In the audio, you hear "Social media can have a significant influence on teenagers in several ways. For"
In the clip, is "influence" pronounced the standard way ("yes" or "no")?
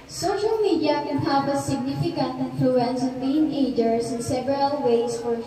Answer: yes